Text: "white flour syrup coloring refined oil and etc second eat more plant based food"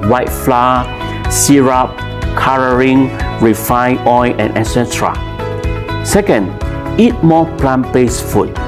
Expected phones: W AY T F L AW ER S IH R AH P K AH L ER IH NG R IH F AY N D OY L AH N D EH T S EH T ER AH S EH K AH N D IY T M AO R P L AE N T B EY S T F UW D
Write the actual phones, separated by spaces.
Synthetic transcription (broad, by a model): W AY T F L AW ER S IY R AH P K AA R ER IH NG R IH F AY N OY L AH N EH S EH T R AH S EH K AH N D IY T M AO P L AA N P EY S F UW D